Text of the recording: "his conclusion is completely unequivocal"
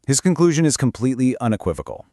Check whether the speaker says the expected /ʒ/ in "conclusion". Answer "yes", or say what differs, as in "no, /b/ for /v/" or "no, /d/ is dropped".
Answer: yes